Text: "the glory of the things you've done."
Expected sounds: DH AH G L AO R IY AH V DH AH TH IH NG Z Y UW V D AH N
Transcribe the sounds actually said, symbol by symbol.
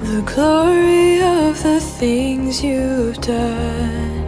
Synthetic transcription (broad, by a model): DH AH G L AO R IY AH V DH AH TH IH NG Z Y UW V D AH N